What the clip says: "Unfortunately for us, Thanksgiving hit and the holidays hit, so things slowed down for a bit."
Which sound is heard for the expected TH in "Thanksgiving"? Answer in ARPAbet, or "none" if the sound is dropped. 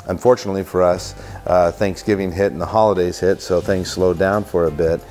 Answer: TH